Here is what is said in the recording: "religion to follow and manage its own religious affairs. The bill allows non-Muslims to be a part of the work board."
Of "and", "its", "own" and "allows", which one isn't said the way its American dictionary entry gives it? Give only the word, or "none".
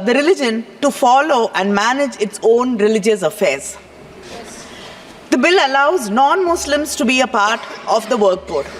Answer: none